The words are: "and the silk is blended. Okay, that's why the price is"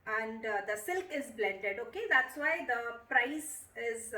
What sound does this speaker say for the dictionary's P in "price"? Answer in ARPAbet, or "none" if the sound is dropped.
P